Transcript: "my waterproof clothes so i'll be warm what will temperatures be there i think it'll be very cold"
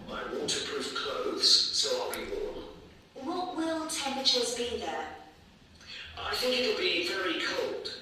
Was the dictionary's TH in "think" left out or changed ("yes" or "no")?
no